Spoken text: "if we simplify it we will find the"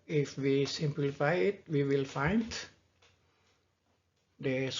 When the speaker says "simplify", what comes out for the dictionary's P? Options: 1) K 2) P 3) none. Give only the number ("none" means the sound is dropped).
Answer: 2